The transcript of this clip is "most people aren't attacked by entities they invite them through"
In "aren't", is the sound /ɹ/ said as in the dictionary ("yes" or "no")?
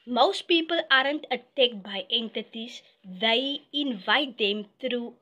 yes